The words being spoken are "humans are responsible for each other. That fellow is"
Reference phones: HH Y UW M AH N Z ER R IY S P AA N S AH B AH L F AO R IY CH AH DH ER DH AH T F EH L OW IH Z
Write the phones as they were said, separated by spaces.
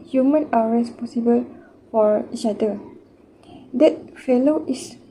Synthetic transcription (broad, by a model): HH Y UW M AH N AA R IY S P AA S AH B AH L F AO R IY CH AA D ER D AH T F EH L OW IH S